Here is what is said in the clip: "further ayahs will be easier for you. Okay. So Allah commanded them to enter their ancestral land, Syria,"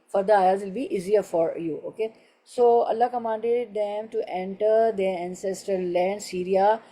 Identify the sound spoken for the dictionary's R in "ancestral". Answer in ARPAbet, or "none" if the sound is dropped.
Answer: none